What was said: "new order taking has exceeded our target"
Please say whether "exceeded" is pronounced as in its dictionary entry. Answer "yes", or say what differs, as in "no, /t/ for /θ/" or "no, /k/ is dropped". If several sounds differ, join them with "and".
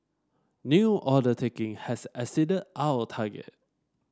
no, /k/ is dropped